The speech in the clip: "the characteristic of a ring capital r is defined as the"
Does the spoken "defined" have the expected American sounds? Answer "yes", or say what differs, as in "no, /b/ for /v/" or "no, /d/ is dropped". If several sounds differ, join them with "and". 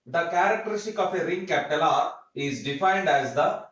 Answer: yes